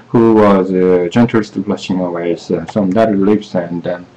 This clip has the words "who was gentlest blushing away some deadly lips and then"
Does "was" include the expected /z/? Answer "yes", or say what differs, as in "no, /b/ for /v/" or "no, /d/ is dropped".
yes